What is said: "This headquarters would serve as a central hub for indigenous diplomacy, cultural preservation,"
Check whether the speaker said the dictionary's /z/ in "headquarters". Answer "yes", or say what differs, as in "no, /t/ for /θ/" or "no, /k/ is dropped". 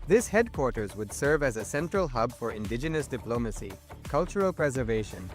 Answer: yes